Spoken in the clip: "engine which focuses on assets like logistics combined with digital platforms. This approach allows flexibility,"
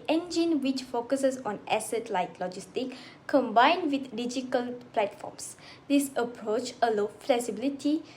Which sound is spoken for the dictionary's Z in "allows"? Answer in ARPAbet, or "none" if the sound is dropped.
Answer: none